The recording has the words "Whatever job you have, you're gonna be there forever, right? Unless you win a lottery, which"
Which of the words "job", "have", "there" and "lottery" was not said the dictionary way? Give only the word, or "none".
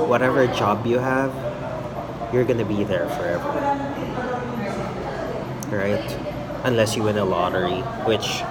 none